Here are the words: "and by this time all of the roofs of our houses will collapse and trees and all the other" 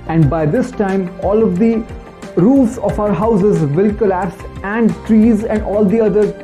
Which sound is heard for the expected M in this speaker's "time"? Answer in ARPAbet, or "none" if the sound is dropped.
M